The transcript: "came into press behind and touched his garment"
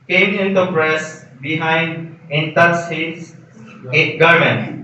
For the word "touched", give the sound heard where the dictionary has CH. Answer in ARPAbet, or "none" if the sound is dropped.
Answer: none